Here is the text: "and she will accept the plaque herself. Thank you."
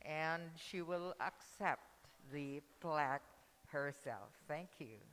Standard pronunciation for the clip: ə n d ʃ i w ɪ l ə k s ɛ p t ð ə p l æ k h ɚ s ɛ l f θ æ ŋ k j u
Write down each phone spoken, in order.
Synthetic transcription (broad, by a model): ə n ʃ i w ɪ l ə k s ɛ p t ð ə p l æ k h ɚ s ɛ l f θ æ ŋ k j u